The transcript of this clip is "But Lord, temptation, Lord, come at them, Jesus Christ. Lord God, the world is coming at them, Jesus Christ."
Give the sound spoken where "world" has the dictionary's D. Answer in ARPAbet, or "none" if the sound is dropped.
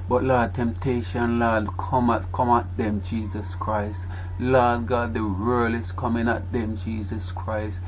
none